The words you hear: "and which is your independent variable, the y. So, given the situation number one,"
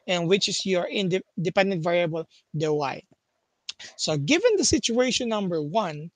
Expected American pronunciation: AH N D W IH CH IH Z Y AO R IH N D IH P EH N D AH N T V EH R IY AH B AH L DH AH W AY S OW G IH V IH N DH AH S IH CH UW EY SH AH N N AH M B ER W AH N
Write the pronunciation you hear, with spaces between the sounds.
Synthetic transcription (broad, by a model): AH N W IH CH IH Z Y AO R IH N D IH P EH N D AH N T V EH R IY AH B AH L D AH W AY S OW G IH V IH N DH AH S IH CH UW EY SH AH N N AH M B ER W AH N